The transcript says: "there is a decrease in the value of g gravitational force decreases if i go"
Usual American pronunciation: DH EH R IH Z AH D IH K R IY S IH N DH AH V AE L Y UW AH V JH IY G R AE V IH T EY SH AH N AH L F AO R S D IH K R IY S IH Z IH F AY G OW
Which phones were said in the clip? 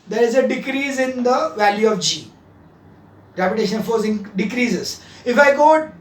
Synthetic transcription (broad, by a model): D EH R IH Z AH D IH K R IY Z IH N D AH V AE L Y UW AH V JH IY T R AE P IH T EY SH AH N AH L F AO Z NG D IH K R IY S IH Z IH F AY G OW